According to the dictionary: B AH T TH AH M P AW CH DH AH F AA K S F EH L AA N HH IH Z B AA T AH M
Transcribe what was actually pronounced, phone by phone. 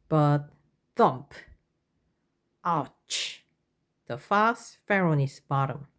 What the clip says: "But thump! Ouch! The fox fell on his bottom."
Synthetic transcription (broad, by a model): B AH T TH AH M P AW CH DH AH F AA S F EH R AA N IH S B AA T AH M